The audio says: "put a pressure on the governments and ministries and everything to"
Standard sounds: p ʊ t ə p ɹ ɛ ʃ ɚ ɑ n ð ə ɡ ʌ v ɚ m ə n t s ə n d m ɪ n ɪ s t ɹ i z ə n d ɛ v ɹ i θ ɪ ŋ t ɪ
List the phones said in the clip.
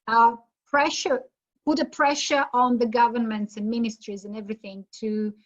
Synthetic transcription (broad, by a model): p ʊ t ə p ɹ ɛ ʃ ɚ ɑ n ð ə ɡ ʌ v ɚ m ə n t s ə n m ɪ n ɪ s t ɹ i z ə n ɛ v ɹ i θ ɪ ŋ t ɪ